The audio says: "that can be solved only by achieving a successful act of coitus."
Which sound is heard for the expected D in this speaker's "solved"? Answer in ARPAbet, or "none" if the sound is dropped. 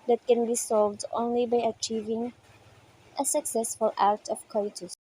D